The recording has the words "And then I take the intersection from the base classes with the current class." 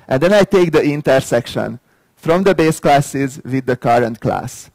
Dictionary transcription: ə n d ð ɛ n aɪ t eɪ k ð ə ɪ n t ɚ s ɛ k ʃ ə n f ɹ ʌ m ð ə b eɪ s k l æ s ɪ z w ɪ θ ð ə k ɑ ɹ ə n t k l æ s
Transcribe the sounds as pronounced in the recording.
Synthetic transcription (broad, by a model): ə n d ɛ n aɪ t eɪ k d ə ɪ n t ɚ s ɛ k ʃ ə n f ɹ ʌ m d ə b eɪ s k l æ s ɪ z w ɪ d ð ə k ɑ ɹ ə n t k l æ s